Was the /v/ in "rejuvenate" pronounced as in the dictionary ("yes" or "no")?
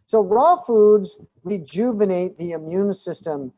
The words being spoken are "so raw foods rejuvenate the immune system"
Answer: yes